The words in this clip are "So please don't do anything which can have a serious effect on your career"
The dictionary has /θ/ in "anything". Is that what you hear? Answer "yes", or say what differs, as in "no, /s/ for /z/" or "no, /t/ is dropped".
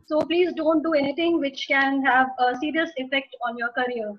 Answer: no, /t/ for /θ/